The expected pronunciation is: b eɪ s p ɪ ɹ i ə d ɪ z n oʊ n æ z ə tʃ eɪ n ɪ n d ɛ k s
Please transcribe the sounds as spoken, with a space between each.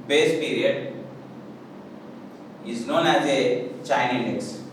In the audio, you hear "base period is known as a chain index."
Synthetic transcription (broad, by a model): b eɪ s p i ɹ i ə d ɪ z n oʊ n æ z ə tʃ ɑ ɪ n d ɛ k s